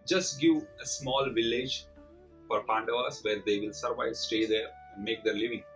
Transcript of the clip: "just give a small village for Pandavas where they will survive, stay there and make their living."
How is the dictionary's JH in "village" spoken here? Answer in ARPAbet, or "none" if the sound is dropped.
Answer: JH